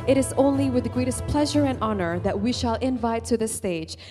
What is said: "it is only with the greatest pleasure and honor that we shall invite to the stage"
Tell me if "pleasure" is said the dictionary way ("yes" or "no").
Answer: yes